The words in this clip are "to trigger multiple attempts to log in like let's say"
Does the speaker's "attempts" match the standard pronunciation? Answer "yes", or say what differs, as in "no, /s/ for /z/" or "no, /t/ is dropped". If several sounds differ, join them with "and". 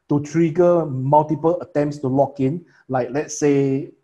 yes